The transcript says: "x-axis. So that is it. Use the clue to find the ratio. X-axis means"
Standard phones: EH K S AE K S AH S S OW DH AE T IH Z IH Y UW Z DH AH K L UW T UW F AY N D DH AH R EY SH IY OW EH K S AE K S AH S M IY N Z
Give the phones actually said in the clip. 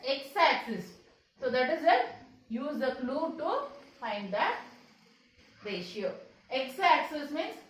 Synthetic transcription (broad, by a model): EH K S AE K S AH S S OW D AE T IH Z IH Y UW Z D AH K L UW T UW F AY N D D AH R EY SH IY OW EH K S AE K S AH S M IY N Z